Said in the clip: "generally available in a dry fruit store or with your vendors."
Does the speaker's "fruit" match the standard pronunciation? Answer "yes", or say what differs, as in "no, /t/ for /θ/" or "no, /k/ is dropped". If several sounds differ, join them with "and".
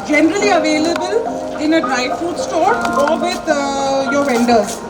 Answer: no, /ɹ/ is dropped